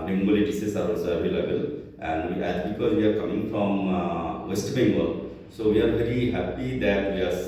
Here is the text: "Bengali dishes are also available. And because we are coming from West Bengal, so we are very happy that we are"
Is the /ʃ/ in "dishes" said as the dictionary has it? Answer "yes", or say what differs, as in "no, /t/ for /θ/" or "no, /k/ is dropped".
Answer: no, /s/ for /ʃ/